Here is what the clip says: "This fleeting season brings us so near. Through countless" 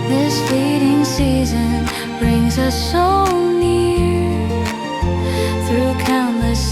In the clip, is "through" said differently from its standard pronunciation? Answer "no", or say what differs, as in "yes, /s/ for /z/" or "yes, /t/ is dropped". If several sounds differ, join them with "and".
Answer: no